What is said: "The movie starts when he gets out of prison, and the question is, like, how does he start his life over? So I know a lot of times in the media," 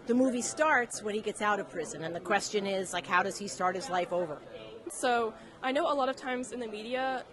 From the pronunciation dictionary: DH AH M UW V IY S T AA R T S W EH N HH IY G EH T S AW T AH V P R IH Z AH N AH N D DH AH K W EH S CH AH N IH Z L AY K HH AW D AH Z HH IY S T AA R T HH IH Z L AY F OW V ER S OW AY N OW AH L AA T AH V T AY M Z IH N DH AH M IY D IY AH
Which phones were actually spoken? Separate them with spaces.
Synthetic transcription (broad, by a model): DH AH M UW V IY S T AA R T S W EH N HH IY G EH T S AW T AH V P R IH Z AH N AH N DH AH K W EH S CH AH N IH Z L AY K HH AW D AH Z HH IY S T AA R T HH IH Z L AY F OW V ER S OW AY N OW AH L AA T AH V T AY M Z IH N DH AH M IY D IY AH